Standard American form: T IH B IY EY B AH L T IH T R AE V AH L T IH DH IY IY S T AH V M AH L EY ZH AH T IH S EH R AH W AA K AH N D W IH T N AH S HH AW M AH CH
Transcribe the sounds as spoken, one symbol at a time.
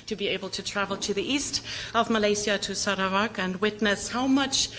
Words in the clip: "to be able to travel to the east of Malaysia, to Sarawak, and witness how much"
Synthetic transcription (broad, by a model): T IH B IY EY B AH L T IH T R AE V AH L T IH DH IY IY S T AH V M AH L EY S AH T IH S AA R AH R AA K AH N W IH T N AH S HH AW M AH CH